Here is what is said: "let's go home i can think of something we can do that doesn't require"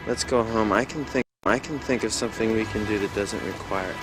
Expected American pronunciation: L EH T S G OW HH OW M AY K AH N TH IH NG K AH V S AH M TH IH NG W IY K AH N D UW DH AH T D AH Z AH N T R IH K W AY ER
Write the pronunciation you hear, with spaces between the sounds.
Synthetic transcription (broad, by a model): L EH T S G OW HH OW M AY K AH N TH IH NG K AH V S AH M TH IH NG W IY K AH N D UW DH AH T D AH Z AH N T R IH K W AY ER